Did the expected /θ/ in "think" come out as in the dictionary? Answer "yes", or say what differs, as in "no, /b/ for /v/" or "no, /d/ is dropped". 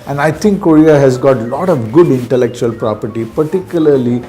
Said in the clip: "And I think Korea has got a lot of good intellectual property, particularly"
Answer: no, /t/ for /θ/